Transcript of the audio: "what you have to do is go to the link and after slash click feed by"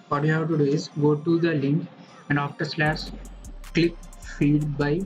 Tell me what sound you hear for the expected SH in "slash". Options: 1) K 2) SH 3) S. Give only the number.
3